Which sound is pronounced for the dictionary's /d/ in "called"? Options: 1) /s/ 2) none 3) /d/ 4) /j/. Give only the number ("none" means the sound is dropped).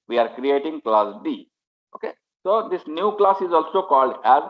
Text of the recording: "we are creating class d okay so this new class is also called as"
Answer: 3